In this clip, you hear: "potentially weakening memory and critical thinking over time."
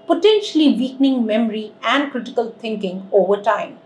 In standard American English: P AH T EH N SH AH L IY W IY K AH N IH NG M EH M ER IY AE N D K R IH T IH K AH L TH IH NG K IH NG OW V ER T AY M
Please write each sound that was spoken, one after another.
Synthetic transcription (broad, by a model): P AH T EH N SH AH L IY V IY K N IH NG M EH M ER IY AE N D K R IH T IH K AH L T IH NG K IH NG OW V ER T AY M